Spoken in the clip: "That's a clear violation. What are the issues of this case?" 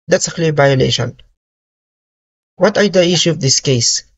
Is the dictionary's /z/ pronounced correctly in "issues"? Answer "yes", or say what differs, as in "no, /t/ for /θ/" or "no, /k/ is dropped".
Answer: no, /z/ is dropped